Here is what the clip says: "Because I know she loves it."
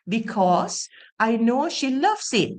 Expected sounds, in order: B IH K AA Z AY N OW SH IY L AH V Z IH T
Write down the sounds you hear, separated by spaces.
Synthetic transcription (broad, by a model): B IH K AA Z AY N OW SH IY L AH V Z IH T